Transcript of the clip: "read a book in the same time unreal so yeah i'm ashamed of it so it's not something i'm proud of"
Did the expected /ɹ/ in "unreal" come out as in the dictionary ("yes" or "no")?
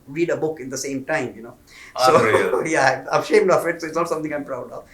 no